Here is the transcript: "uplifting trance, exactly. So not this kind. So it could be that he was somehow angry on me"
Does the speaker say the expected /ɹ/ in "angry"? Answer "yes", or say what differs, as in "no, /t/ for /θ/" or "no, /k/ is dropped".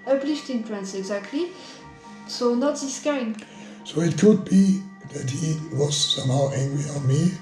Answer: no, /ɹ/ is dropped